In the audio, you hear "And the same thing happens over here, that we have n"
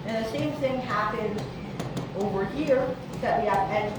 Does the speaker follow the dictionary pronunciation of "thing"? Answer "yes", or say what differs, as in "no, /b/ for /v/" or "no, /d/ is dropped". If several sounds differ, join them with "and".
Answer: yes